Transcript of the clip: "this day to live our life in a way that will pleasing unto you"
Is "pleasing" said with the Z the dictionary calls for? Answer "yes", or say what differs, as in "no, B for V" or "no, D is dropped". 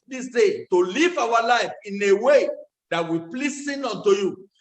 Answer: no, S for Z